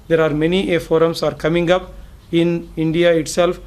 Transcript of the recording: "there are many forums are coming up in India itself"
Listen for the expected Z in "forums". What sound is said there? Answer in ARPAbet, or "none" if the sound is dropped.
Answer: S